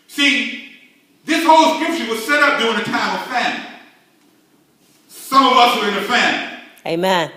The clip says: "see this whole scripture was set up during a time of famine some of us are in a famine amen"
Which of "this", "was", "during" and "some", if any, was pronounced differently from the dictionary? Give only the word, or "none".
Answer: during